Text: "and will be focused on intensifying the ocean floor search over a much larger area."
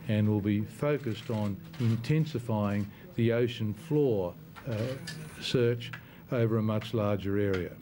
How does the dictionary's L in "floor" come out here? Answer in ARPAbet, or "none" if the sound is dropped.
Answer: L